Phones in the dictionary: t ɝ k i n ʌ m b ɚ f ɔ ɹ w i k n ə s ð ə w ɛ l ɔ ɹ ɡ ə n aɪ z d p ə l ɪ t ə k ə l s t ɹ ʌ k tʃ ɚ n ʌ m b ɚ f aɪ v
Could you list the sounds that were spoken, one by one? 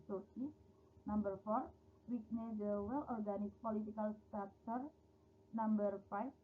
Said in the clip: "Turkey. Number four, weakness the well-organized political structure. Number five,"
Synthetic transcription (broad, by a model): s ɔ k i n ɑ m b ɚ f ɔ ɹ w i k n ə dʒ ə w ɛ l ɔ ɹ ɡ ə n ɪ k p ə l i t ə k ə l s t ɑ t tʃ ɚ n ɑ m b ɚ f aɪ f